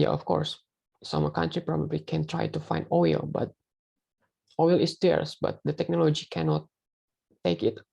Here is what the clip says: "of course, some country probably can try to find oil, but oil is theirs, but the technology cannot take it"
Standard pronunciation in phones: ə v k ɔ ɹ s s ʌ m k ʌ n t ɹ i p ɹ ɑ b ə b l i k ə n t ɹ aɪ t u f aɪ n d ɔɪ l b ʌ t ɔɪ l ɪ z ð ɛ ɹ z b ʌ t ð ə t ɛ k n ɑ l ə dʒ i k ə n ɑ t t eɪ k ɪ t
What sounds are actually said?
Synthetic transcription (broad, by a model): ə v k ɔ ɹ s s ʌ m k ʌ n t ɹ i p ɹ ɑ b ə b l i k ə n t ɹ aɪ t u f aɪ n d ɔɪ l b ʌ t ɔɪ l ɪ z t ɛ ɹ s b ʌ t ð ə t ɛ k n ɑ l ə dʒ i k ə n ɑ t t eɪ k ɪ t